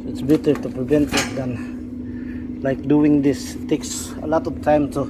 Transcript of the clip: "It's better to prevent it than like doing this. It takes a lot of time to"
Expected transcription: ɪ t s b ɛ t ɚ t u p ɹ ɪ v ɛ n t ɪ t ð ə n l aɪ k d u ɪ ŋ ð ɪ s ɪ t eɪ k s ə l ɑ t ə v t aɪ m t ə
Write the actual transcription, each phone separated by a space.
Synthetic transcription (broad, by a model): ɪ t s b ɛ t ɚ t u p ɹ ɪ v ɛ n t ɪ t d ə n l aɪ k d u ɪ ŋ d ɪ s t eɪ k s ə l ɑ t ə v t aɪ m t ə